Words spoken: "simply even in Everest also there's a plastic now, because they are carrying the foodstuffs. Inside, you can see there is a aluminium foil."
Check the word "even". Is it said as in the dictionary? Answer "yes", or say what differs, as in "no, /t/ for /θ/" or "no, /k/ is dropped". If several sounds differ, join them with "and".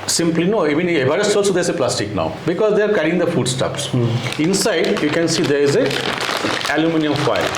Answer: no, /v/ is dropped